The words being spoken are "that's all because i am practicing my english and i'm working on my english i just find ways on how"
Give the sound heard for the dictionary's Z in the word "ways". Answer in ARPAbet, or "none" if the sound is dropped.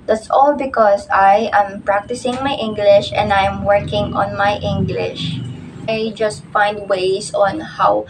S